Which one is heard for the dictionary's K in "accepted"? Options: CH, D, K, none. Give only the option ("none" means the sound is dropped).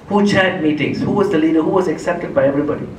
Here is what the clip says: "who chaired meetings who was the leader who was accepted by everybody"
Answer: K